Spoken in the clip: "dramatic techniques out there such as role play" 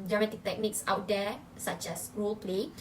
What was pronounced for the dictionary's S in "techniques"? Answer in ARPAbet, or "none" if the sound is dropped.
S